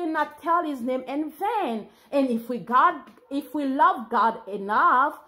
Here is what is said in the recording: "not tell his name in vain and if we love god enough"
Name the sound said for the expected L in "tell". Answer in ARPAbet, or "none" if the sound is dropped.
L